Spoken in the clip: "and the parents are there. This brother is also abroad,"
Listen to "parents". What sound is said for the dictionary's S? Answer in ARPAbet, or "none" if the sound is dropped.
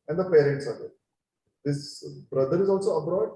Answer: S